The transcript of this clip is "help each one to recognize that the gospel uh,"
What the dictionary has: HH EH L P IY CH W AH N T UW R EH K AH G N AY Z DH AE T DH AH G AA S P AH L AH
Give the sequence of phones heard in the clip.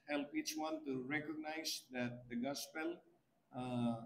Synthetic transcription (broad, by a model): HH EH L P IY CH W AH N T UW R EH K AH G N AY Z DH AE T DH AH G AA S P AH L